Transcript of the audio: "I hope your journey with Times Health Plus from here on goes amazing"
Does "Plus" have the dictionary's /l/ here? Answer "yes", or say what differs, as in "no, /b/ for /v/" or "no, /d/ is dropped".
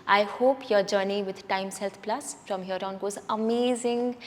yes